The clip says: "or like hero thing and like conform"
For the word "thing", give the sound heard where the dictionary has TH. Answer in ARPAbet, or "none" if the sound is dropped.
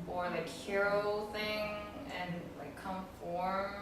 TH